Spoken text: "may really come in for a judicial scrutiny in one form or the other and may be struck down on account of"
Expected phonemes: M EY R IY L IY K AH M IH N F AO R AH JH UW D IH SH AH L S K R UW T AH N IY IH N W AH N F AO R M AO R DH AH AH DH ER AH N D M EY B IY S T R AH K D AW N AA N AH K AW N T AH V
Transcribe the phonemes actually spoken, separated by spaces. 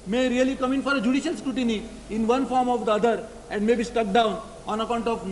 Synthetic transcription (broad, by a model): M EY R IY L IY K AH M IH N F AO R AH JH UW D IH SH AH L S K R UW T AH N IY IH N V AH N F AO R M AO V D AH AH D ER AH N D M EY B IY S T AH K D AW N AA N AH K AW N T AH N